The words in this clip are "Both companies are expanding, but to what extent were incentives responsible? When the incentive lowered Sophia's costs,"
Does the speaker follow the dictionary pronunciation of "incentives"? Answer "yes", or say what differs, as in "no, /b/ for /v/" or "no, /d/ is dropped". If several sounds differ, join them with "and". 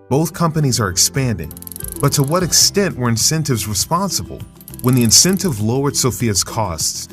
yes